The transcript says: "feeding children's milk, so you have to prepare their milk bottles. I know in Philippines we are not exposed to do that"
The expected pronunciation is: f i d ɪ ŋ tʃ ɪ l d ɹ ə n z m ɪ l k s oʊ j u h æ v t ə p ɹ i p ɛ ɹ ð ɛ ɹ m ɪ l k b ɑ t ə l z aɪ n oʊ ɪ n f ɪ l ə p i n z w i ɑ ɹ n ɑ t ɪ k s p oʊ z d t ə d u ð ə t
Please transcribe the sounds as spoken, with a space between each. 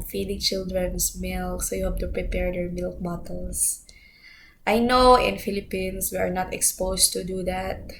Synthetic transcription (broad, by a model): f i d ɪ ŋ tʃ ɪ l d ɹ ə n s m ɪ l k s oʊ j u h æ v t ə p ɹ i p ɛ ɹ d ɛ ɹ m ɪ l k b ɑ t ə l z aɪ n oʊ ɪ n f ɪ l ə p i n s w i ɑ ɹ n ɑ t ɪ k s p oʊ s t ə d u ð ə t